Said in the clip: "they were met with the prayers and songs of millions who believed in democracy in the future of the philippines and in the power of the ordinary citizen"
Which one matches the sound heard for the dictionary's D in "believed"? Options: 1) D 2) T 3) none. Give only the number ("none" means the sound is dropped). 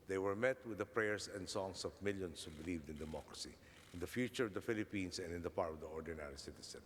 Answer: 1